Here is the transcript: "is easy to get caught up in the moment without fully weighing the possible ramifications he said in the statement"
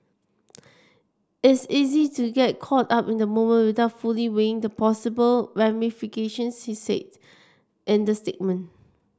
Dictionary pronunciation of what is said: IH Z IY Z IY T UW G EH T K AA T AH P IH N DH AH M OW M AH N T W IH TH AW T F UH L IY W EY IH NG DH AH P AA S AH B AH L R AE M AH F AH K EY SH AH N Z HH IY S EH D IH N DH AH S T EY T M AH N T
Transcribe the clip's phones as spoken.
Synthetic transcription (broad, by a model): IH S IY Z IY T UW G EH T K AA T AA P IH N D AH M OW M AH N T W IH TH AW T F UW L IY W EY IH NG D AH P AA S AH B AH L R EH M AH F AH K EY SH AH N S HH IY S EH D IH N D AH S T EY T M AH N